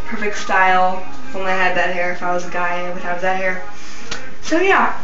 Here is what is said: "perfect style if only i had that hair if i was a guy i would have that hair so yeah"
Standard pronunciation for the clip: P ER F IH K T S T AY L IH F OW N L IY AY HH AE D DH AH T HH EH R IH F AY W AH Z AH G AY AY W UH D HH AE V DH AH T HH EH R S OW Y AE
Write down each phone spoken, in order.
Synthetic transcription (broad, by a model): P ER F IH K T S T AY L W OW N IY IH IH D DH AH T HH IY R IH F AY W AH Z AH G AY AY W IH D HH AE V DH AH T HH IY R S OW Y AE